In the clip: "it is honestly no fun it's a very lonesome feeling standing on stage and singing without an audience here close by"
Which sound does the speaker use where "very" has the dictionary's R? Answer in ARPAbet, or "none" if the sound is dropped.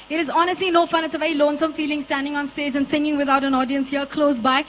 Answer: none